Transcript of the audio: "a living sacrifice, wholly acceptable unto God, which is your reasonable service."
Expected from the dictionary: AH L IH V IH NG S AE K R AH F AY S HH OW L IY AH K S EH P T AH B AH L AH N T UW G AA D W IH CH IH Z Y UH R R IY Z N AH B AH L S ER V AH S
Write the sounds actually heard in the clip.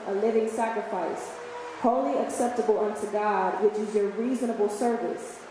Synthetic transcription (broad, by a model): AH L IH V IH NG S AE K R AH F AY S HH OW L IY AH K S EH P T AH B L AH N T UW G AA D W IH CH IH Z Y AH R R IY Z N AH B L S ER V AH S